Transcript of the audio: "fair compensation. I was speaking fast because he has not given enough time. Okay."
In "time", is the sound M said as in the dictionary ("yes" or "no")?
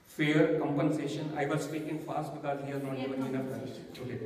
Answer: no